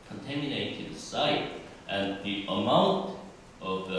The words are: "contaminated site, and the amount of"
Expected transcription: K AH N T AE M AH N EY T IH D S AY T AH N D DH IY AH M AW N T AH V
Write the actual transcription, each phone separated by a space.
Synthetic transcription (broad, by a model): K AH N T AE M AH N EY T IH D S AY T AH N DH IY AH M AW N T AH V